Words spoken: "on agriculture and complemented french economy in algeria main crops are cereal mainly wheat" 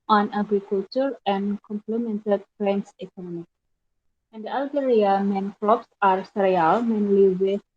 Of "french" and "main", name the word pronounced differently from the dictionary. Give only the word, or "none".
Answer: french